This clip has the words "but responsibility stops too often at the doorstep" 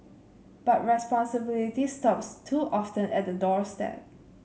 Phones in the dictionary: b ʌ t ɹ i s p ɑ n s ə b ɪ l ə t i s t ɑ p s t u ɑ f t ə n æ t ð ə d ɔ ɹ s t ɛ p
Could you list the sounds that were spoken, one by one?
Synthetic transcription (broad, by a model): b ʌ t ɹ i s p ɑ n s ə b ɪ l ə t i s t ɑ p s t u ɑ f t ə n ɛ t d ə d ɔ ɹ s t ɛ p